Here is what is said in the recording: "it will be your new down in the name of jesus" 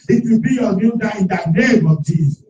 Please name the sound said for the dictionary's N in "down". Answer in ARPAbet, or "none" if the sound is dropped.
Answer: none